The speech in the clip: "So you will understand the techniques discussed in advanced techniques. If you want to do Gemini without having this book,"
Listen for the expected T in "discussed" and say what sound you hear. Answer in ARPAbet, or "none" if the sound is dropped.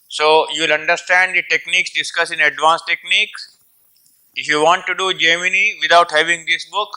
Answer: none